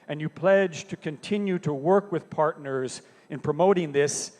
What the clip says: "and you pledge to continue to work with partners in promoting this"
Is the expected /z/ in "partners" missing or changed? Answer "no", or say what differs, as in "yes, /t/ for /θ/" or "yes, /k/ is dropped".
no